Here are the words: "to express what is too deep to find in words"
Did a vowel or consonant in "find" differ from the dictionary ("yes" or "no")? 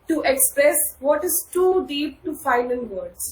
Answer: yes